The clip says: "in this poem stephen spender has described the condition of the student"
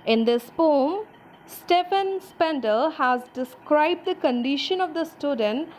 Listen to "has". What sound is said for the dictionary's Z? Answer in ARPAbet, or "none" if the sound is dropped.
Z